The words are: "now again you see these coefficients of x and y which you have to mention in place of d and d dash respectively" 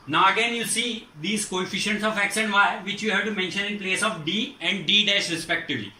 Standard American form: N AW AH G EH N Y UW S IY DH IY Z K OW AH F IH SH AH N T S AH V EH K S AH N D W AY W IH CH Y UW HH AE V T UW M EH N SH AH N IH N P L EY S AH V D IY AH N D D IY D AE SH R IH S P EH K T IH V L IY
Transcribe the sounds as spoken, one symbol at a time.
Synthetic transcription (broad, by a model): N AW AH G EH N Y UW S IY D IY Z K OW AH F IH SH AH N T S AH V EH K S AH N D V AY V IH CH Y UW HH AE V T UW M EH N SH AH N IH N P L EY S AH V D IY AH N D D IY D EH S R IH S P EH K T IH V L IY